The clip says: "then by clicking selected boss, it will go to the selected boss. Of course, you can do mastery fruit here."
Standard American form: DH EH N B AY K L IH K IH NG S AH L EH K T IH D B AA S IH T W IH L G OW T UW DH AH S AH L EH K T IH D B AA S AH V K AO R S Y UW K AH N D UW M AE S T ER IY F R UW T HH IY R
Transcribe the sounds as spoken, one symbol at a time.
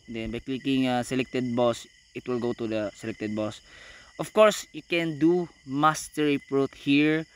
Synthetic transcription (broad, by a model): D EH N B AY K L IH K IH NG S AH L EH K T IH D B AA S IH T W IH L G OW T UW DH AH S AH L EH K T IH D B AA S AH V K AO R S Y UW K AH N D UW M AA S T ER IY P R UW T HH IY R